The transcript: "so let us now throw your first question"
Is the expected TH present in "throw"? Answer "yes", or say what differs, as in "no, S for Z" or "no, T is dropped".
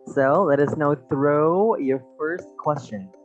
yes